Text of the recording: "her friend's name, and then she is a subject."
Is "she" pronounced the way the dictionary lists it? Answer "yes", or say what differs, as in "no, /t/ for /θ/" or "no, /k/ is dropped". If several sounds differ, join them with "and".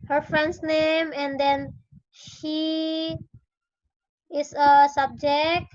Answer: yes